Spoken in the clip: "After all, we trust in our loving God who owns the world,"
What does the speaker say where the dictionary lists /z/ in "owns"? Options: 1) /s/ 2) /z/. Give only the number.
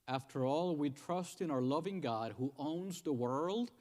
2